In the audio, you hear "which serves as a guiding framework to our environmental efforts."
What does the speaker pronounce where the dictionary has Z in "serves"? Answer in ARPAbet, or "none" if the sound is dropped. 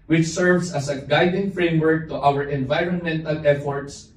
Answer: S